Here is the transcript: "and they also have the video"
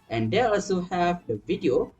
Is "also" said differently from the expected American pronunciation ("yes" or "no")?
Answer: no